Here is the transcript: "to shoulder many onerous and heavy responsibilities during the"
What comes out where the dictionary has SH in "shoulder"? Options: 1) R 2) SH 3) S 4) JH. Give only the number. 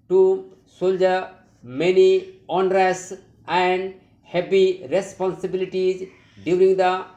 3